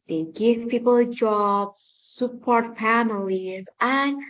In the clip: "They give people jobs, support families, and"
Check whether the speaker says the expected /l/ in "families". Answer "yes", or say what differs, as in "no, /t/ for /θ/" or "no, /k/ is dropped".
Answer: yes